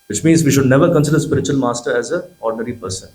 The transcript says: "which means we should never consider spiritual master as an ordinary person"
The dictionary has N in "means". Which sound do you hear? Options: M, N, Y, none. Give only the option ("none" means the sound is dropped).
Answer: N